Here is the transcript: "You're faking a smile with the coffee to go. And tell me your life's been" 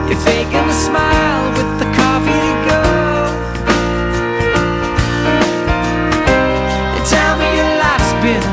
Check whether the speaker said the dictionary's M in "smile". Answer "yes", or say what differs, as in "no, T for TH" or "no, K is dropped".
yes